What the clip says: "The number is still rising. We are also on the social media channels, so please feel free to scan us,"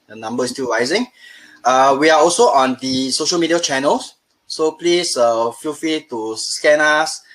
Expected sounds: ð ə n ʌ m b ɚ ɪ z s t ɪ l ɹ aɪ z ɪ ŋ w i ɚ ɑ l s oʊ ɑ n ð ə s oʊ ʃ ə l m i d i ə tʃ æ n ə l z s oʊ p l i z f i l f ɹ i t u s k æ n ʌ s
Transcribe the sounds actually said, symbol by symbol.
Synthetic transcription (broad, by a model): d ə n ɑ m b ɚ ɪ s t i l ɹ aɪ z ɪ ŋ w i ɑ ɑ l s oʊ ɑ n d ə s oʊ ʃ ə l m i d i ə tʃ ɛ n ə l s s oʊ p l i s f i l f i t u s k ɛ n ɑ s